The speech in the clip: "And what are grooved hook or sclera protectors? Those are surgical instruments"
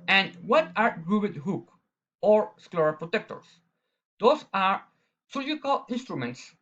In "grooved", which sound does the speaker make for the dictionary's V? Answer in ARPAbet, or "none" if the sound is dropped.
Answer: B